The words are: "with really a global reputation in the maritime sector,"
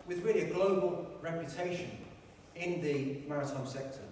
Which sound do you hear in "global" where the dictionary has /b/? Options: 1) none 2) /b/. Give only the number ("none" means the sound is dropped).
2